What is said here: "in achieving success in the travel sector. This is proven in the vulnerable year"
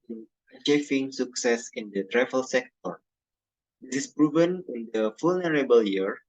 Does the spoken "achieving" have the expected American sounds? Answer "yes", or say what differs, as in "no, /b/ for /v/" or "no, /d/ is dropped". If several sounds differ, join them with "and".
no, /f/ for /v/